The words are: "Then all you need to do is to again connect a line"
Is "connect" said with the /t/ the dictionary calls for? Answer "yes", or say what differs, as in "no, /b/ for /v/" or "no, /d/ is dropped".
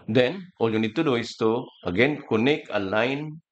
no, /t/ is dropped